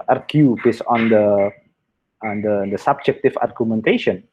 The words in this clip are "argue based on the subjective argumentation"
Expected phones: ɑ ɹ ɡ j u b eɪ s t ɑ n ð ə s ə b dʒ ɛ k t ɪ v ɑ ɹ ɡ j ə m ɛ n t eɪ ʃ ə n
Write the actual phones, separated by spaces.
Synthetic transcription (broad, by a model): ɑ ɹ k j u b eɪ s ɑ n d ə s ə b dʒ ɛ k t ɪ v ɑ ɹ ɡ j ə m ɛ n t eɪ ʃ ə n